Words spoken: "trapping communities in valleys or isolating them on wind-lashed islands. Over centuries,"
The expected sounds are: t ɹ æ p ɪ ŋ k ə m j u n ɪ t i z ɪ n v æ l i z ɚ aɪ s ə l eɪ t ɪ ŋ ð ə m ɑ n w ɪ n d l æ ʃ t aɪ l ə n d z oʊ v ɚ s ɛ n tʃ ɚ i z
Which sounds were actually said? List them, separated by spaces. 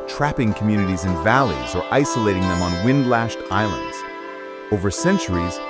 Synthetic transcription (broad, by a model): t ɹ æ p ɪ ŋ k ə m j u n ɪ t i z ɪ n v æ l i z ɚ aɪ s ə l eɪ t ɪ ŋ ð ə m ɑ n w ɪ n d l æ ʃ t aɪ l ə n d z oʊ v ɚ s ɛ n tʃ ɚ i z